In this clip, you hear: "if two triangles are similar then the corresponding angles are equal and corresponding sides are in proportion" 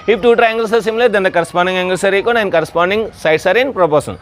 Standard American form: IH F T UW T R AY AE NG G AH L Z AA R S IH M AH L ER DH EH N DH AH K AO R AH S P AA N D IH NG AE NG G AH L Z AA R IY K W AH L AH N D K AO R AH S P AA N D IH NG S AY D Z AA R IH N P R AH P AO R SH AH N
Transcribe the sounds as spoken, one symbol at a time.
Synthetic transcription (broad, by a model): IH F T UW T R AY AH NG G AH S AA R S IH M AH L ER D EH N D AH K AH R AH S P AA N D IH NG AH NG G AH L S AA R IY K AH N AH N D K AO R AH S P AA N D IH NG S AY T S AA R IH N P R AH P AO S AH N